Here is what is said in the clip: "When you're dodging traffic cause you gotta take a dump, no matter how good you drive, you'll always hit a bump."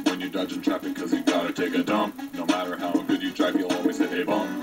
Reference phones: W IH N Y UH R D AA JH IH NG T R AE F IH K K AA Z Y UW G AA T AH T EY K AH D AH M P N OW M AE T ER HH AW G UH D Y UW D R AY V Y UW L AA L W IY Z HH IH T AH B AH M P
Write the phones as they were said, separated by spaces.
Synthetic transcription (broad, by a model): W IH N Y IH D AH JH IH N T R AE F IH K K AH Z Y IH G AA T AH T EY K AH D AH M P N OW M AE T ER HH AW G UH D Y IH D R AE P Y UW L AA L W IY Z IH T AH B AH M